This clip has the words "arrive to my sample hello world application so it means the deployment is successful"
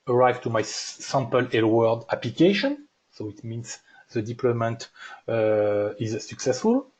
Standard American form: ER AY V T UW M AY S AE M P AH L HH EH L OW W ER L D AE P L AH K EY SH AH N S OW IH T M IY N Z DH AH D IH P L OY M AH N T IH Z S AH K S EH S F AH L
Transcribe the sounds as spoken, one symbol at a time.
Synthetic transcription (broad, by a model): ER AY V T UW M AY S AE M P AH L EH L W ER D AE P L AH K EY SH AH N S OW IH T M IY N S DH AH D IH P L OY M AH N T IH Z S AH K S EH S F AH L